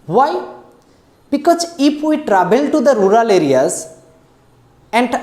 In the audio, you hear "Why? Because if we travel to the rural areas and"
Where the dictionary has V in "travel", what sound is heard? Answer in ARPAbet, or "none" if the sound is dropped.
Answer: B